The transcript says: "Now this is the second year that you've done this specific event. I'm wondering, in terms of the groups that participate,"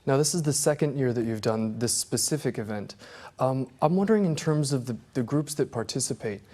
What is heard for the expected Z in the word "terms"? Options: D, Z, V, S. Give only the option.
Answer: Z